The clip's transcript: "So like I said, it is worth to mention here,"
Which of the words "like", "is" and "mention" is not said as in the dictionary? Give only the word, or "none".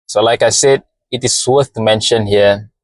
is